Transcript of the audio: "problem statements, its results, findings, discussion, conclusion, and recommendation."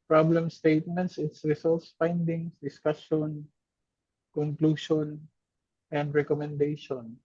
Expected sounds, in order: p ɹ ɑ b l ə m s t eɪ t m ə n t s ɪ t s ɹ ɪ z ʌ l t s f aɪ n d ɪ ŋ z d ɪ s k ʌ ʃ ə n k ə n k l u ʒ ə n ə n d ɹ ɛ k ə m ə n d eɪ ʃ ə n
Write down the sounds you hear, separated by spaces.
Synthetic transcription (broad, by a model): p ɹ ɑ b l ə m s t eɪ t m ə n t s ɪ t s ɹ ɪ s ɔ l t s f aɪ n d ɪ ŋ s d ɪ s k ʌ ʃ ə n k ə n k l u ʃ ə n ə n d ɹ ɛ k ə m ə n d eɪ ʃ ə n